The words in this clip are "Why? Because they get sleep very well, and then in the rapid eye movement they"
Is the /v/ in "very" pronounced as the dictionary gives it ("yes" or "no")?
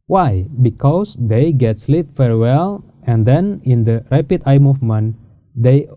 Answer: no